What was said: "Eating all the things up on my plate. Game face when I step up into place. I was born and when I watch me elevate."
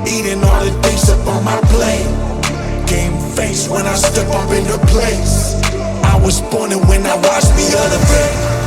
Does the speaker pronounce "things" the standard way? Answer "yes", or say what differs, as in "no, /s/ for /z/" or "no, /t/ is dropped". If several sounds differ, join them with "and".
no, /t/ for /θ/